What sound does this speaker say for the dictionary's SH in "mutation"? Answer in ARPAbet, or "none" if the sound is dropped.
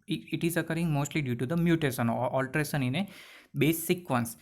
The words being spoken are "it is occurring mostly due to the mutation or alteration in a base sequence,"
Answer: S